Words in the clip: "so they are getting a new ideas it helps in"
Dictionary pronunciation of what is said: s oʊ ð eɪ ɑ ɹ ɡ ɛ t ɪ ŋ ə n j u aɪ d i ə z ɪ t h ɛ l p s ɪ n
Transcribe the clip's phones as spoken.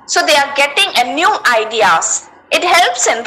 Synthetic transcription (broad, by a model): s oʊ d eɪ ɑ ɹ ɡ ɛ t ɪ ŋ ə n j u aɪ d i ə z ɪ t h ɛ l p s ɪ n